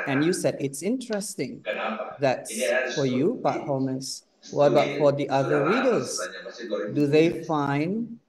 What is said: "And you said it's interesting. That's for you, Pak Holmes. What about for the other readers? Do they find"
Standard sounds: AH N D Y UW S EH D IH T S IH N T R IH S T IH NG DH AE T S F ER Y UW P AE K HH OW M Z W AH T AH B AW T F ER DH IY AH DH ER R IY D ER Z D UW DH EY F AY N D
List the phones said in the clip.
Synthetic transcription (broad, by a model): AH N Y UW S EH D IH T S IH N T R IH S T IH NG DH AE T S F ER Y UW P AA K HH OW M S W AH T AH B AW T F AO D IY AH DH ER R IY D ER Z D UW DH EY F AY N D